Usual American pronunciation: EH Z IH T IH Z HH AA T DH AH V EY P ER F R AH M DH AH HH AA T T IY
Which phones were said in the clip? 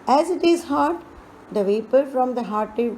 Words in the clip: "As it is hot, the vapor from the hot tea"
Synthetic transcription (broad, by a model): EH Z IH T IH Z HH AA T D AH V EY P ER F R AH M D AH HH AA T T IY